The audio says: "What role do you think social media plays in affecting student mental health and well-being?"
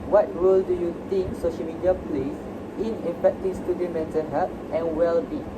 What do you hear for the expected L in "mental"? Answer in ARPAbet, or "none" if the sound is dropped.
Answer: N